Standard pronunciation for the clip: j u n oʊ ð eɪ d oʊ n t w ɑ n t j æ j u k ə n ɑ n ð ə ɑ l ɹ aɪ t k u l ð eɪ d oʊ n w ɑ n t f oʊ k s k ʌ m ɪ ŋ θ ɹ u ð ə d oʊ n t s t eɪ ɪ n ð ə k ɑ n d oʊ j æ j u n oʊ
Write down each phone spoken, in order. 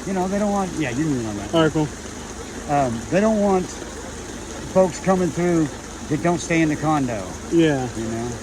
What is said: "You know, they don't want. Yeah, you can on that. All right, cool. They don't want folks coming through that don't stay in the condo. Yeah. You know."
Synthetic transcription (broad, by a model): j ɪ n oʊ ð eɪ d oʊ n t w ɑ n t j æ j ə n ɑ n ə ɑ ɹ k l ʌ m ð eɪ d oʊ n w ɑ n t f oʊ k s k ʌ m ɪ ŋ θ ɹ u ð ə d oʊ n t s t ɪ ɪ n ð ə k ɑ n d oʊ j æ j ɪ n oʊ